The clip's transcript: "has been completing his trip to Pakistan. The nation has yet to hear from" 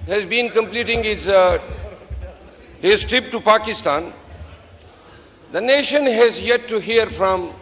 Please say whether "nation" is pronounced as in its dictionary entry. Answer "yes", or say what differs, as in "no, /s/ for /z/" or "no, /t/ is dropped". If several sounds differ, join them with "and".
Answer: yes